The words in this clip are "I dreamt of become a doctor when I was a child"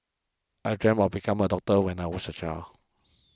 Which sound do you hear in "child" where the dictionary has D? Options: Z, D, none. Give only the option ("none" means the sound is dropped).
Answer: none